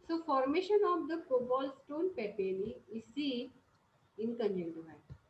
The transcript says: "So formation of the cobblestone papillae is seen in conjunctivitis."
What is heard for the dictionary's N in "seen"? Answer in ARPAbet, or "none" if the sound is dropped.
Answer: none